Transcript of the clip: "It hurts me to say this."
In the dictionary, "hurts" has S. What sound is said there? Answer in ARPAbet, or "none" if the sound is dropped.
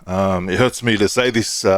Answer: S